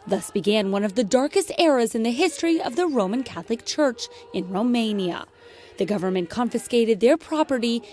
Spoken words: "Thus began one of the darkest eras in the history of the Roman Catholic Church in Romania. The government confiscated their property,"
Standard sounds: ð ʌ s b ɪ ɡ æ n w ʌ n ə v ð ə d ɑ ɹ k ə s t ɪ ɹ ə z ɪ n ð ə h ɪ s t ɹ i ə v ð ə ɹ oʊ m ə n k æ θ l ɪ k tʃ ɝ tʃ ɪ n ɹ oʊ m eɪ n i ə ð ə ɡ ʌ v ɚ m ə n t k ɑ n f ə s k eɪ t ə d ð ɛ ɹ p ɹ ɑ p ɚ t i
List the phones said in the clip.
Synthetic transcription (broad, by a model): ð ʌ s b ɪ ɡ æ n w ʌ n ə v ð ə d ɑ ɹ k ə s t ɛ ɹ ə z ɪ n ð ə h ɪ s t ɹ i ə v ð ə ɹ oʊ m ə n k æ θ l ɪ k tʃ ɝ tʃ ɪ n ɹ oʊ m eɪ n i ə ð ə ɡ ʌ v ɚ m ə n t k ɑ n f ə s k eɪ t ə d ð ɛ ɹ p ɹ ɑ p ɚ t i